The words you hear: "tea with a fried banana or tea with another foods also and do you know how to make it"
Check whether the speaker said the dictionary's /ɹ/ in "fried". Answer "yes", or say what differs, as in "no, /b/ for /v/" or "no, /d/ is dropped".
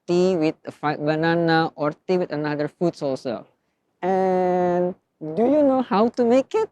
no, /ɹ/ is dropped